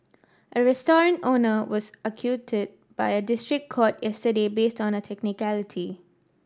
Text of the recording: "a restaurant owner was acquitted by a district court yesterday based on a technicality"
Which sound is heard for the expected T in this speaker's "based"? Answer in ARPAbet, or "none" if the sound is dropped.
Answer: T